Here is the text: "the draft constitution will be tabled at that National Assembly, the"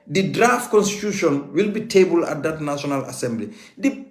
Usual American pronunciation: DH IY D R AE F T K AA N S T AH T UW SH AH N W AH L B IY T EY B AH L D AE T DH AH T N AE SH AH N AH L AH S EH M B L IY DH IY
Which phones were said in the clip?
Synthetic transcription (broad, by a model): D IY D R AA F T K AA N S T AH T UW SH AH N W AH L B IY T EY B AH L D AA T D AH T N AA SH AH N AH L AH S EH M B L IY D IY